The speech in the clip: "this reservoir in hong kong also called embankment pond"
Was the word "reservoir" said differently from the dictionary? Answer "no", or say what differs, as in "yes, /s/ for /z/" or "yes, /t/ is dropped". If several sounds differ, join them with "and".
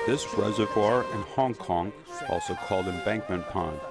no